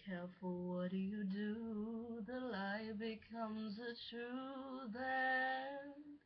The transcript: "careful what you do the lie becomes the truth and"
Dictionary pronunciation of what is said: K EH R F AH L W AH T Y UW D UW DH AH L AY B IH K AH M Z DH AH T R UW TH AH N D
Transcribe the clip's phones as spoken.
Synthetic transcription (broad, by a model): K EH R F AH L W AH T Y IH D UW DH AH L AY B IH K AH M Z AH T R UW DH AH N